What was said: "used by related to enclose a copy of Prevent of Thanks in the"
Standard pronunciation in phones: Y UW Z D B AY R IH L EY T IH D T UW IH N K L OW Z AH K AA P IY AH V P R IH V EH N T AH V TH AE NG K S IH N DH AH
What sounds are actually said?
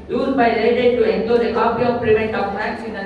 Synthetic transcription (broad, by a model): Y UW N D B AY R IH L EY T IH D T UW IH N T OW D AH K AA P IY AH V P R IH V EH N T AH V F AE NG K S IH N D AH